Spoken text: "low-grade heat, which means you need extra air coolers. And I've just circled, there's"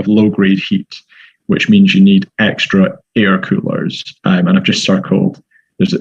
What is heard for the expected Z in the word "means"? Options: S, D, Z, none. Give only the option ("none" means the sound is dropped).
Z